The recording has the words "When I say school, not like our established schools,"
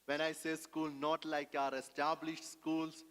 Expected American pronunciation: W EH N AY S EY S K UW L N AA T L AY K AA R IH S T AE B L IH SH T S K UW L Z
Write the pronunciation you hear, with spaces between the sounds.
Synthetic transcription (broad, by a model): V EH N AY S EY S K UW L N AA T L AY K AA R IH S T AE B L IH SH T S K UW L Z